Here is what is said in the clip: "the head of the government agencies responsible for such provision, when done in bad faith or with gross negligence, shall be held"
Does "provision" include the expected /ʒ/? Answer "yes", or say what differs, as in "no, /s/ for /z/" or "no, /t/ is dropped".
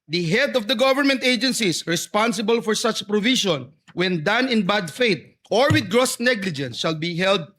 no, /ʃ/ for /ʒ/